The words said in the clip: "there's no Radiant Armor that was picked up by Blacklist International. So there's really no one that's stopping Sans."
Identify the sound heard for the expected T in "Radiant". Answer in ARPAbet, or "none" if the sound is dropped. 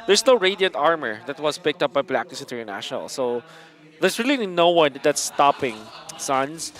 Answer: T